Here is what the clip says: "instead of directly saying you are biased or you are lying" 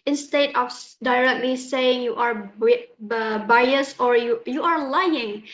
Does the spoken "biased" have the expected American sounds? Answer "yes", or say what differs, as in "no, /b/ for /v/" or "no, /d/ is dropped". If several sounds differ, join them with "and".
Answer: no, /t/ is dropped